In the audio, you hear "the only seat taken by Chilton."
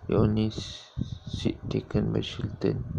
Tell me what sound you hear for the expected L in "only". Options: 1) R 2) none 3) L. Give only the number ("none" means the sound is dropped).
2